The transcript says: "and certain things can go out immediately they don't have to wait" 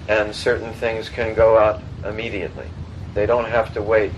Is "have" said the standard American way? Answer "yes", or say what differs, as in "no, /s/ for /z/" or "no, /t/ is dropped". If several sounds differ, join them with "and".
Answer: no, /f/ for /v/